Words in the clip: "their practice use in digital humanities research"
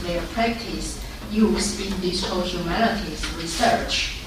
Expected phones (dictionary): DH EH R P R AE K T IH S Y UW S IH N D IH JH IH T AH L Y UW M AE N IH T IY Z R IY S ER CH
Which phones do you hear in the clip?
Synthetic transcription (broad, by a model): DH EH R P R AE K T IH S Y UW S IH N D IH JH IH S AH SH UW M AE L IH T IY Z R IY S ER CH